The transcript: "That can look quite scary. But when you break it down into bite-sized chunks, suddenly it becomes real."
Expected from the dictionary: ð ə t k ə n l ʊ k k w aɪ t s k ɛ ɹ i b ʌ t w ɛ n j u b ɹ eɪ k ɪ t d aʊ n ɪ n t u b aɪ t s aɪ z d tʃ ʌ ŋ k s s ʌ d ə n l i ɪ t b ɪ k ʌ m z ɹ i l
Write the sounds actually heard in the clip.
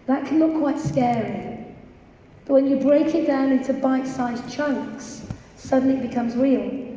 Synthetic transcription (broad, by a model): ð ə t k ə n l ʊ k k w aɪ t s k ɛ ɹ i b ʌ t w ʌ n j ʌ b ɹ eɪ k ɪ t d aʊ n ɪ n t u b aɪ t s aɪ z tʃ ʌ ŋ k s s ʌ d n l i ɪ t b ɪ k ʌ m z ɹ i l